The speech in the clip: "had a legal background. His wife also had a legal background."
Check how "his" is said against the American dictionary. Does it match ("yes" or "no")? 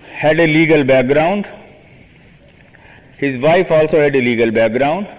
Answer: yes